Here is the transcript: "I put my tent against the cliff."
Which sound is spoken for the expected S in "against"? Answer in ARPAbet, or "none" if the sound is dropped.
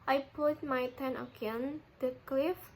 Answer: none